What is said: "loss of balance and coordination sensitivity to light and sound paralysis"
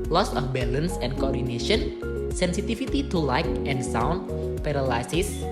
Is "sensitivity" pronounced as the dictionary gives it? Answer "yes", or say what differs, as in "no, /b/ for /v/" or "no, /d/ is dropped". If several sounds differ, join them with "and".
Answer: no, /f/ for /v/